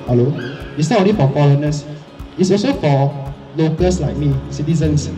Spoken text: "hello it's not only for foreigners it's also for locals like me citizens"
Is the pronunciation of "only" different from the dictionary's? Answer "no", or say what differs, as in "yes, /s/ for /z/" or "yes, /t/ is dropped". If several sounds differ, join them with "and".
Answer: yes, /n/ is dropped